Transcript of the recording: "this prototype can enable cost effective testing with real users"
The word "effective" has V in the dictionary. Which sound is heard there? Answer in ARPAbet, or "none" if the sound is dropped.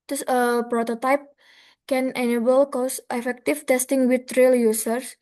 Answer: F